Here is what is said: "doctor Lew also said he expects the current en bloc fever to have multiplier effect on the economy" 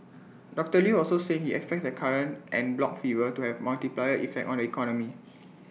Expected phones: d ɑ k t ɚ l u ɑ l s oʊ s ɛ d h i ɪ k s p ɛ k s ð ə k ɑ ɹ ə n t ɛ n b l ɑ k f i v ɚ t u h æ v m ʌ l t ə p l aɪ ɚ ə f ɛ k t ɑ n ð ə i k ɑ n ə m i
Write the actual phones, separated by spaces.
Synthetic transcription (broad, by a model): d ɑ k t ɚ l u ɑ l s oʊ s ɛ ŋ h i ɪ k s p ɛ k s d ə k ɑ ɹ ə n t ɛ n b l ɑ k f i v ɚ t u h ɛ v m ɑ l t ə p l aɪ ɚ ə f ɛ k t ɑ n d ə i k ɑ n ə m i